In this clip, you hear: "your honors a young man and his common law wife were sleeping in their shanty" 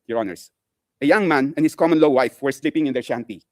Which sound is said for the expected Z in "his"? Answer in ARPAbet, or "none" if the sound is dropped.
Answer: S